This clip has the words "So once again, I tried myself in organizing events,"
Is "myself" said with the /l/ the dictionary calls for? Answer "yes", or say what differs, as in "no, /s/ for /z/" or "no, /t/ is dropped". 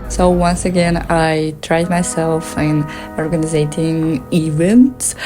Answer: yes